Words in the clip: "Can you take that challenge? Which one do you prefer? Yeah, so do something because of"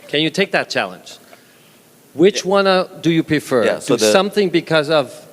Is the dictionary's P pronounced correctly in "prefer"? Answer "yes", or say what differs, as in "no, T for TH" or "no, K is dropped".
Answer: yes